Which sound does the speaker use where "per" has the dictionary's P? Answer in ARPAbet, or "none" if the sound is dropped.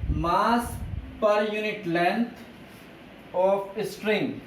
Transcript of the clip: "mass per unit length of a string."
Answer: P